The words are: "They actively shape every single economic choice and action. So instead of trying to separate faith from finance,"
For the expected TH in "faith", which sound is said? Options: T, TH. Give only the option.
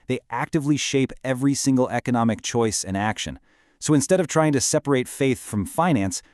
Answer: TH